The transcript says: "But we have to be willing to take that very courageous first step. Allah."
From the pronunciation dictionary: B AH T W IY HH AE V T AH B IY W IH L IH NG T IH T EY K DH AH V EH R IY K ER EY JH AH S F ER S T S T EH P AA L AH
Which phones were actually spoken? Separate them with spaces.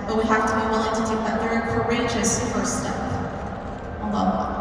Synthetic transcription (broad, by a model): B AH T W IY HH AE F T AH B IY W IH L IH NG T IH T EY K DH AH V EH R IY K ER EY JH AH S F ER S S T EH P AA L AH